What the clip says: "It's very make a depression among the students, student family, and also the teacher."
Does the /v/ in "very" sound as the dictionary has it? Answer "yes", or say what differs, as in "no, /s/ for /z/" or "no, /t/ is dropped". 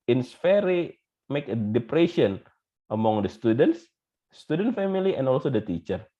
no, /f/ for /v/